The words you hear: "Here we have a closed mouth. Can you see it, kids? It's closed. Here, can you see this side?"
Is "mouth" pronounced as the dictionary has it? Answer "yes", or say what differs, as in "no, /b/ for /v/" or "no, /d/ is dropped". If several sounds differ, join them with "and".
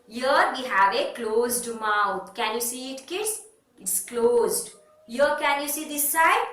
no, /t/ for /θ/